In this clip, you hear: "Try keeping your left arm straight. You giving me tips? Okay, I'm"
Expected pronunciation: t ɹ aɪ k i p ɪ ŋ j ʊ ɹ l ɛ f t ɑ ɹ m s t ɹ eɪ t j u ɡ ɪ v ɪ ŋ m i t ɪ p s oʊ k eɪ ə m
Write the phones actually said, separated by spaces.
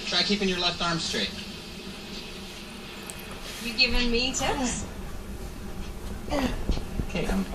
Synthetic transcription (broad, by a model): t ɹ aɪ k i p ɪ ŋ j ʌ ɹ l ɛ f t ɑ ɹ m s t ɹ eɪ t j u ɡ ɪ v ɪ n m i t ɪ s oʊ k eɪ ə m